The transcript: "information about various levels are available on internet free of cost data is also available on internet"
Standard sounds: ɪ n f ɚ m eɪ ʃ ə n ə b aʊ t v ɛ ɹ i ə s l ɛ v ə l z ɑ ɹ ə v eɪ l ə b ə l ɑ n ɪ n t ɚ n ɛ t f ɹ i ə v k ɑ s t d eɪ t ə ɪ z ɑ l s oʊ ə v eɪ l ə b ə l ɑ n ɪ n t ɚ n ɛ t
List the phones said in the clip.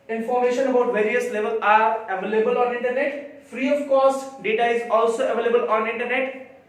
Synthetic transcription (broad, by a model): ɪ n f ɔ m eɪ ʃ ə n ə b aʊ t v ɛ ɹ i ə s l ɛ v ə l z ɑ ɹ ə v eɪ l ə b ə l ɑ n ɪ n t ɚ n ɛ t f ɹ i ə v k ɑ s t d eɪ t ə ɪ z ɑ l s oʊ ə v eɪ l ə b ə l ɑ n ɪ n t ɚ n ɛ t